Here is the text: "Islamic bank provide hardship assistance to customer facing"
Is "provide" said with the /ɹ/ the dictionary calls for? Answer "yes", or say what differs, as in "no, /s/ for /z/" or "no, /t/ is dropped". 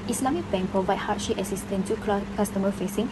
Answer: no, /ɹ/ is dropped